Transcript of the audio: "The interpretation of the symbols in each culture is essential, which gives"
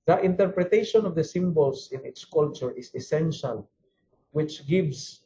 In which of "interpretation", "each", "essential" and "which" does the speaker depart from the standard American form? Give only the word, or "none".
each